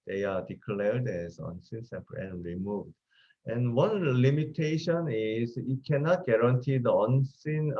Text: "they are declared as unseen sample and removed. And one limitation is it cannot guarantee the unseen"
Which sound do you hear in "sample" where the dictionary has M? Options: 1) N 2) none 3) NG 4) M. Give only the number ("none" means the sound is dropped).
2